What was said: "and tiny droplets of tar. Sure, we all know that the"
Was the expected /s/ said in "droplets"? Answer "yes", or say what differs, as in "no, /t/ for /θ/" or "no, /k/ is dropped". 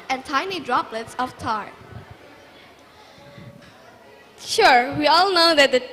yes